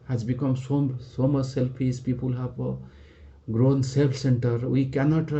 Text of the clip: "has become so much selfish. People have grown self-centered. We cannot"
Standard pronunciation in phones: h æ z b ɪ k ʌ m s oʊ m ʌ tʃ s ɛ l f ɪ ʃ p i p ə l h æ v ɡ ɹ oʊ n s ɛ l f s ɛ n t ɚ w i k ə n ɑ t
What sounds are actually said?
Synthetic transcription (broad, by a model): h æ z b ɪ k ʌ m s oʊ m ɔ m s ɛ l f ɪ s p i p ə l h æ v ɡ ɹ oʊ n s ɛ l s ɛ n t ɚ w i k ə n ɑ t